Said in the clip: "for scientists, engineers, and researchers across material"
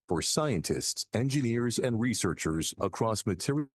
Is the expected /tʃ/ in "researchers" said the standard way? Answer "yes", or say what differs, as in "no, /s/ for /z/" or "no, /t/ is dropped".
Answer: yes